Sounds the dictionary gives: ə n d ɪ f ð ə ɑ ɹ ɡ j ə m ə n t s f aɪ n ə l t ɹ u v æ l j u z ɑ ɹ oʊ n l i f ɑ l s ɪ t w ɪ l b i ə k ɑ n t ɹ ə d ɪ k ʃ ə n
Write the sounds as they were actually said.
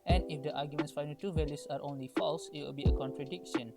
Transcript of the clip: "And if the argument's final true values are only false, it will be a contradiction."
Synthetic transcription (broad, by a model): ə n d ɪ f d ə ɑ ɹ ɡ j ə m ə n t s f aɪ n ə t u v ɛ l j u s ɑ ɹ oʊ n l i f ɑ l s ɪ t w ɪ l b i ə k ɑ n t ɹ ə d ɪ k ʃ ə n